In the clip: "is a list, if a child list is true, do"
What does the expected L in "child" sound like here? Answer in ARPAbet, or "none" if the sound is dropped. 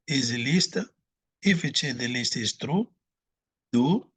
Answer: none